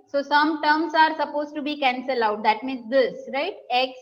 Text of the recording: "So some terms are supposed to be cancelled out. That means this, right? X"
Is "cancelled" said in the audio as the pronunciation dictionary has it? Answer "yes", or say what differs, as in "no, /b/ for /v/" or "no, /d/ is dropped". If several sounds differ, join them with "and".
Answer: no, /d/ is dropped